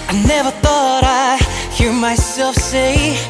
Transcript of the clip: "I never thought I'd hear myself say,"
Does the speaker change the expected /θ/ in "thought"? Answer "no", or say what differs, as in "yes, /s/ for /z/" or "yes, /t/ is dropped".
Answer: no